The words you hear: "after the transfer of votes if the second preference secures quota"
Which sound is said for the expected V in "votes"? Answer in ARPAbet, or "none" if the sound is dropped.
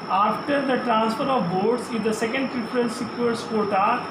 B